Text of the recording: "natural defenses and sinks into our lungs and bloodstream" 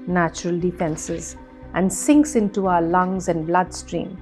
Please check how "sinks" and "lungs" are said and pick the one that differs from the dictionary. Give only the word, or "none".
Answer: none